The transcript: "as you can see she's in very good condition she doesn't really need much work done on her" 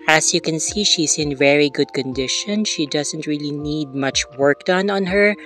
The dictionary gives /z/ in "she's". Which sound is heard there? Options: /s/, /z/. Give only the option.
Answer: /s/